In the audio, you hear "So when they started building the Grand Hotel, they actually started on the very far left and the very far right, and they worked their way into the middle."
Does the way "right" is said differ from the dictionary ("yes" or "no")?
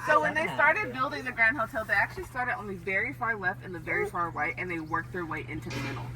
yes